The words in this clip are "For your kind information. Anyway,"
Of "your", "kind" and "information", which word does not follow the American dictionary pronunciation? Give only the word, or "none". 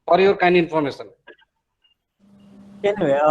information